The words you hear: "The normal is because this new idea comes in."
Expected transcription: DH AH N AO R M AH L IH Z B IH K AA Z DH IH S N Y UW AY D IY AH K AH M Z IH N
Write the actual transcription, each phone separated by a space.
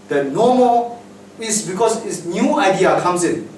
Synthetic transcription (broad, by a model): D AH N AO M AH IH S B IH K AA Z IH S N Y UW AY D IY AH K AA M S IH N